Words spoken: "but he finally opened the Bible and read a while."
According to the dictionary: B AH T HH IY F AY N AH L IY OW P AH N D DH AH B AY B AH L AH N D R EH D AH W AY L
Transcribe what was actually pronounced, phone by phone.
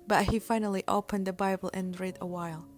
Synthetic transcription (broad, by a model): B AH T HH IY F AY N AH L IY OW P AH N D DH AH B AY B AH L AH N R EH D AH W AY L